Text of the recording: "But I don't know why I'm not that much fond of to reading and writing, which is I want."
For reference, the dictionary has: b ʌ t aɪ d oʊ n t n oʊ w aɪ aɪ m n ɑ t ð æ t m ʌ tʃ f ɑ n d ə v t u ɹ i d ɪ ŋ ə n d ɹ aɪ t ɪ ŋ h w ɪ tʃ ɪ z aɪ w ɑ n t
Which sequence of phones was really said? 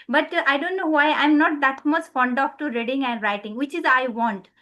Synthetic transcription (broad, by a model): b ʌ t aɪ d oʊ n t n oʊ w aɪ aɪ m n ɑ t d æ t m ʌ s f ɑ n d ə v t u ɹ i d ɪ ŋ ə n d ɹ aɪ t ɪ ŋ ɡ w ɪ tʃ ɪ z aɪ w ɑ n t